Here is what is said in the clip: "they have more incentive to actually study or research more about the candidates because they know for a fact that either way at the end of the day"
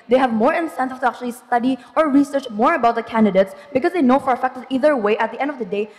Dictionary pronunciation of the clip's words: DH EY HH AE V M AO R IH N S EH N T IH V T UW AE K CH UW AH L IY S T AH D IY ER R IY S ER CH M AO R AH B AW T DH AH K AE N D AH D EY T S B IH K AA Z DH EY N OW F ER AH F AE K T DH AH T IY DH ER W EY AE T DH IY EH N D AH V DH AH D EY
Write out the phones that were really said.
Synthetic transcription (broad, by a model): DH EY HH AE V M AO R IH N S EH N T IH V T UW AE K CH UW AH L IY S T AH D IY ER R IY S ER CH M AO R AH B AW T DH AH K AE N D AH D EY T S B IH K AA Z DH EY N OW F ER AH F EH K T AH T IY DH ER W EY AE T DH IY EH N D AH V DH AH D EY